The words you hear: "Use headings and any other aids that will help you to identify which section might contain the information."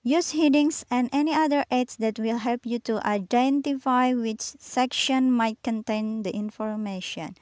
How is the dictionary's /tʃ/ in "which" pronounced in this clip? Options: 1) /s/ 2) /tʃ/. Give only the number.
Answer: 2